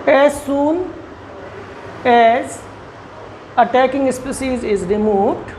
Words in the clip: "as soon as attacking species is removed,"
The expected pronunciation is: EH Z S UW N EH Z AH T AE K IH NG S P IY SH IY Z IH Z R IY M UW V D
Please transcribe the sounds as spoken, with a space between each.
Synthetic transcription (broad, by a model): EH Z S UW N EH Z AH T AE K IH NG S P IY S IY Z IH Z R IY M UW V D